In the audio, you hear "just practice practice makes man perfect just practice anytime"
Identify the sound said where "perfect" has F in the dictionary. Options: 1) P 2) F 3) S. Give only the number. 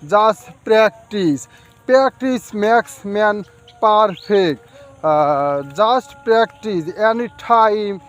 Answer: 1